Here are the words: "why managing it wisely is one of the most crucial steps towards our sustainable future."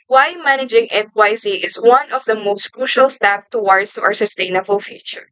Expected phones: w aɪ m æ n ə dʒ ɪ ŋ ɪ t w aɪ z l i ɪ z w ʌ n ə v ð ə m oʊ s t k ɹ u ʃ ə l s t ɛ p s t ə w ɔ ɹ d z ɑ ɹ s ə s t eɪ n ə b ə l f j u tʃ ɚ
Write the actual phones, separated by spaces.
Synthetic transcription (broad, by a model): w aɪ m æ n ə dʒ ɪ ŋ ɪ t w aɪ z i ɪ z w ʌ n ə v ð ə m oʊ s t k ɹ u ʃ ə l s t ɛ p t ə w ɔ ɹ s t ɑ ɹ s ə s t eɪ n ə b ə l f j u tʃ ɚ